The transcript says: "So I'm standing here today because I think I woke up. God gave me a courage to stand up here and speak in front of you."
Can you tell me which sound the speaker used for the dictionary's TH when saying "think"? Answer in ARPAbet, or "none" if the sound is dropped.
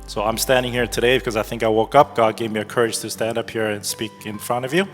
TH